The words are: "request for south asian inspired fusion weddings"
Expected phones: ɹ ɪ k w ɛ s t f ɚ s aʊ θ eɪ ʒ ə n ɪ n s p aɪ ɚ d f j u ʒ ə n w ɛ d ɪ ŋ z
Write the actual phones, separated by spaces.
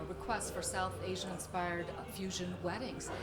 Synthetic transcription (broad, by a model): ɹ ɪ k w ɛ s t f ɚ s aʊ θ eɪ ʒ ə ɪ n s p aɪ ɚ d f j u ʒ ə n w ɛ d ɪ ŋ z